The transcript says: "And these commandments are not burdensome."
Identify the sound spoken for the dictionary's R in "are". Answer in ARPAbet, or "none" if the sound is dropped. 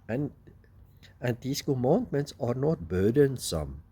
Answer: R